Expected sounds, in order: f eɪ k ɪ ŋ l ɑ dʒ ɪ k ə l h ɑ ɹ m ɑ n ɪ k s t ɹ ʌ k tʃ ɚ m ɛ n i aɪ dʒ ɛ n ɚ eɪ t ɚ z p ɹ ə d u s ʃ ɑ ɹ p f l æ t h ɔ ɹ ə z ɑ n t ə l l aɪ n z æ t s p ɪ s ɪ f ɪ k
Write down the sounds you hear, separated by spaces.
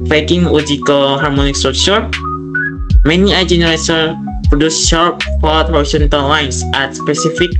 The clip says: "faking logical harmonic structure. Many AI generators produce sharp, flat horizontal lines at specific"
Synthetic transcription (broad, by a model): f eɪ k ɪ ŋ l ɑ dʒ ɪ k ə l h ɑ ɹ m ɑ n ɪ k s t ɹ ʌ k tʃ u m ɛ n i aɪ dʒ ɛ n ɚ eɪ s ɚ p ɹ ə d u s ʃ ɑ ɹ p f ɔ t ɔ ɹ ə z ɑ n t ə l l aɪ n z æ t s p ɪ s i f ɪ k